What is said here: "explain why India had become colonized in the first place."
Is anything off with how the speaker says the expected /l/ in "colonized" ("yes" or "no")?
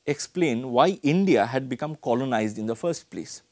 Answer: no